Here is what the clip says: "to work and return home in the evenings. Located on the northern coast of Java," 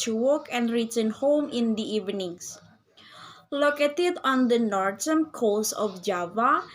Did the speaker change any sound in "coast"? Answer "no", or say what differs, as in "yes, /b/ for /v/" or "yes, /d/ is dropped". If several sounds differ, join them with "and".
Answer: yes, /t/ is dropped